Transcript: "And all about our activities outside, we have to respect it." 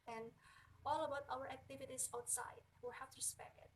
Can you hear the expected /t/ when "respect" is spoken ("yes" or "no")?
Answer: no